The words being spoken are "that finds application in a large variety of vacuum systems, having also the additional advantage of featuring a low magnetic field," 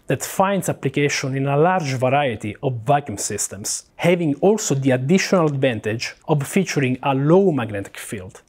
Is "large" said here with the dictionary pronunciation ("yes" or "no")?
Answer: yes